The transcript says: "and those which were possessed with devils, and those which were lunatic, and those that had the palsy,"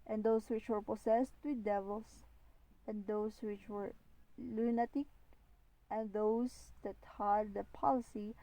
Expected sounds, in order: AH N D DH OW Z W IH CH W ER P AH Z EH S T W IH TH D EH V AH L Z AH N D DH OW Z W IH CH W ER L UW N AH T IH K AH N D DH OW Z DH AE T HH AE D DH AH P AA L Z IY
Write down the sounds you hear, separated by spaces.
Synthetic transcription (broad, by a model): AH N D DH OW S W IH CH W ER P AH S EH S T W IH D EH V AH L S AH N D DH OW S W IH CH W ER L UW N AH T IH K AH N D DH OW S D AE T HH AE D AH P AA L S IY